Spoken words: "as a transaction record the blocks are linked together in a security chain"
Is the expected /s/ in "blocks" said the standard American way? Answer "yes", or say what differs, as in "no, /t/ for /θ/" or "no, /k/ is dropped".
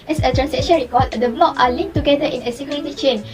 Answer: no, /s/ is dropped